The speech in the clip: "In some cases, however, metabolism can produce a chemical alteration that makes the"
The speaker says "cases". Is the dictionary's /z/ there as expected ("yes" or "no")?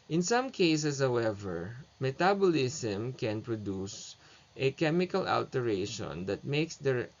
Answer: no